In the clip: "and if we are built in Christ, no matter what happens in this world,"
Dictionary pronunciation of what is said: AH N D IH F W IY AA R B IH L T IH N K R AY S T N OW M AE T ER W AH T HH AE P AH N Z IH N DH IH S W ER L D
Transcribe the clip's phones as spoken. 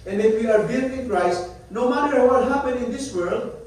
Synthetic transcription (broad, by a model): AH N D IH F W IY AA R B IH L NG IH N K R AY S T N OW M AE T ER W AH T HH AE P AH N IH N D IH S W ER L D